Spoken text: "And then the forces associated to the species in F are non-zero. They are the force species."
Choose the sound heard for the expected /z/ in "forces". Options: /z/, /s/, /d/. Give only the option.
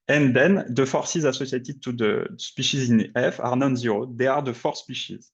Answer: /z/